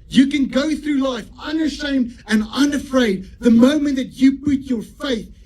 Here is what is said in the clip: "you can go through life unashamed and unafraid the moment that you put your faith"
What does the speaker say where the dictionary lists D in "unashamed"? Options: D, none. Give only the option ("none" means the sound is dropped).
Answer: D